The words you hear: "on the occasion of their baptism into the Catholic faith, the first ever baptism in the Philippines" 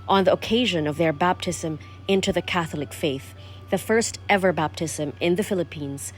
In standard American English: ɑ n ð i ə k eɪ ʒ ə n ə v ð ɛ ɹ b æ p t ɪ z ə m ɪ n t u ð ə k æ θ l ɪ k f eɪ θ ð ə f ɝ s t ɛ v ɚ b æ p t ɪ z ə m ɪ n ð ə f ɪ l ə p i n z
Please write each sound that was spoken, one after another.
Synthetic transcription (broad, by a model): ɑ n ð i ə k eɪ ʒ ə n ə v ð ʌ ɹ b æ p t ɪ z ə m ɪ n t u ð ə k æ θ l ɪ k f eɪ θ ð ə f ɝ s t ɛ v ɚ b æ p t ɪ z ə m ɪ n ð ə f ɪ l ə p i n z